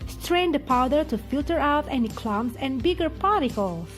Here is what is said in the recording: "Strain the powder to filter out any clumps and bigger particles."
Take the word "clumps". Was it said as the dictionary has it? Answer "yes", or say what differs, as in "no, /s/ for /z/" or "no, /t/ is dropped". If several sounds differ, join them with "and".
no, /p/ is dropped